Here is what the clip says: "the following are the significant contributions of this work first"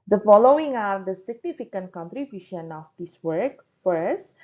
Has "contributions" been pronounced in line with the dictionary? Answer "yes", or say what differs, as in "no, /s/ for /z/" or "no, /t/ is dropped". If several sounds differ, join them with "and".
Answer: no, /z/ is dropped